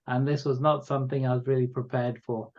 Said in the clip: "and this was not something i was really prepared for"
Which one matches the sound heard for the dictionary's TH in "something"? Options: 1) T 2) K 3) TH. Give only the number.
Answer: 3